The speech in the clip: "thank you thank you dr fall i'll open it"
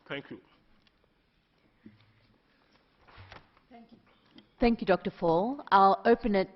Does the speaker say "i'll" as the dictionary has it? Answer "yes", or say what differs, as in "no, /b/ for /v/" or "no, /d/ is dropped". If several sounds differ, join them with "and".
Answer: yes